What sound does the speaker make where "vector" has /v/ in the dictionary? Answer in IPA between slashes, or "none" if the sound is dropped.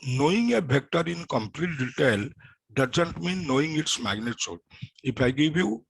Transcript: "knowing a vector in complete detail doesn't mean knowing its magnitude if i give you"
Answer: /b/